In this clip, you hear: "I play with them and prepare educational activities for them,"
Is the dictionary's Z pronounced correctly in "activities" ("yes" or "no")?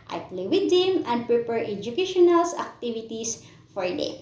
no